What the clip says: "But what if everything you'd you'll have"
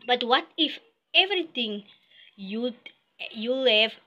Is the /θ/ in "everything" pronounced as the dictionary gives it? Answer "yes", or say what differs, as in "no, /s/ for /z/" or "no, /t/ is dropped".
no, /t/ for /θ/